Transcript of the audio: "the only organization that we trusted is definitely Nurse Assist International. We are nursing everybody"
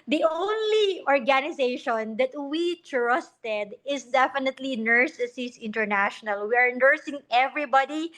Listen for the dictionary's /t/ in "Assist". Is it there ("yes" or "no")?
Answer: no